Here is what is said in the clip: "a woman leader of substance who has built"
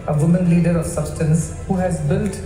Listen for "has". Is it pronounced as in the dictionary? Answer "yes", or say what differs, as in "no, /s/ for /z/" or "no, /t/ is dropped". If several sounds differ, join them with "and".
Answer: yes